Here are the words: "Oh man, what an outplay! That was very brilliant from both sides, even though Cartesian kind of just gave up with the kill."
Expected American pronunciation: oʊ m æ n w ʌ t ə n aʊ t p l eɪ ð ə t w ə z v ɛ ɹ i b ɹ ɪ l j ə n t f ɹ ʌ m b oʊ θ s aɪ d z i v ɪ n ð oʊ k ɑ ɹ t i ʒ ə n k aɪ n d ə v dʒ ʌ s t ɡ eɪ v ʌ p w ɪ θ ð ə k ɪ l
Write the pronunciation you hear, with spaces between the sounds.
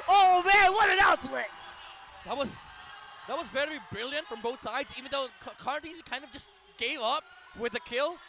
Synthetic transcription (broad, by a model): oʊ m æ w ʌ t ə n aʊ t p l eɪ ð ə t w ə z v ɛ ɹ i b ɹ ɪ l j ə n t f ɹ ʌ m b oʊ θ s aɪ d z i v ɪ n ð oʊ k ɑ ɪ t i z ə k aɪ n d ə v dʒ ʌ s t ɡ eɪ v ʌ p w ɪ ð ə k ɪ l